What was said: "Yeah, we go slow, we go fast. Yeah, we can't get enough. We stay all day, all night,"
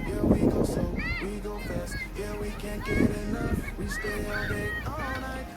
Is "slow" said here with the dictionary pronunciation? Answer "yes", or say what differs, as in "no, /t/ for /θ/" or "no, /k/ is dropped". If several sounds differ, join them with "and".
no, /l/ is dropped